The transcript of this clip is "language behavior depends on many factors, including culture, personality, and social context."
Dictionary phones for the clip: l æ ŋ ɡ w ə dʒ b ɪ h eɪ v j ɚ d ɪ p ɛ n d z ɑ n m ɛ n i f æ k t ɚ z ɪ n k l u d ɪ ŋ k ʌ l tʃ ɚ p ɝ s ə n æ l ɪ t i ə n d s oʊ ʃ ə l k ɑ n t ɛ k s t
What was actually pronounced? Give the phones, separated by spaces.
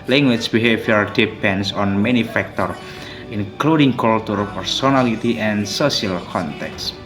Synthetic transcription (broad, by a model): l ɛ ŋ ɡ w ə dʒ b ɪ h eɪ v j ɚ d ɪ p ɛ n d s ɑ n m ɛ n i f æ k t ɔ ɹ ɪ n k l u d ɪ ŋ k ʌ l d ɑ p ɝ s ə n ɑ l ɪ t i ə n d s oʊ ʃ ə l k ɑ n t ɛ k s